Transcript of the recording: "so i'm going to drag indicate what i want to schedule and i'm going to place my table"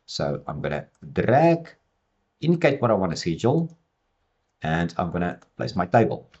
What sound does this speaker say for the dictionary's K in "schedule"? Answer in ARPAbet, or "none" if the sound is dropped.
none